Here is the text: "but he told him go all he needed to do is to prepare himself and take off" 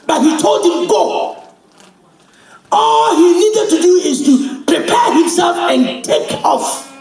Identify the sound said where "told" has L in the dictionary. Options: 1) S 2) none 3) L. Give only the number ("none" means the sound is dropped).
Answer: 3